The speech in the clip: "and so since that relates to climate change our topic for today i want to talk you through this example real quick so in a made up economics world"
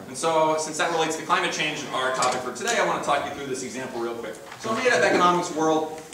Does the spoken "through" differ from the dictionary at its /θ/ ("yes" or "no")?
no